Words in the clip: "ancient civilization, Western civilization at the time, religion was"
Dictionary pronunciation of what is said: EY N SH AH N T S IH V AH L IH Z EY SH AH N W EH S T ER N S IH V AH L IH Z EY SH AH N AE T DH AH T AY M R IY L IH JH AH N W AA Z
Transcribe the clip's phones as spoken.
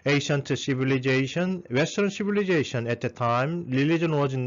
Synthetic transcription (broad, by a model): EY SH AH N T S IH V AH L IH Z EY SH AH N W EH S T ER N S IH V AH L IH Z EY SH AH N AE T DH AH T AY M L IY L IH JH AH N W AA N